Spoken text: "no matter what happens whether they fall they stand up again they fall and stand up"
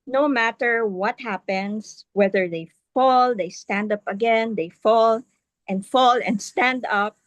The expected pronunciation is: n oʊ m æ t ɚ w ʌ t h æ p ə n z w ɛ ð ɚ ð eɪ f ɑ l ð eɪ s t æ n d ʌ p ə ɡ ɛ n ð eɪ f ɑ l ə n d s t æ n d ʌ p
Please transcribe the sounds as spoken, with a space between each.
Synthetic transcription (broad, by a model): n oʊ m æ t ɚ w ʌ t h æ p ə n s w ɛ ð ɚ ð eɪ f ɑ l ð eɪ s t æ n d ʌ p ə ɡ ɛ n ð eɪ f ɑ l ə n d s t æ n d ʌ p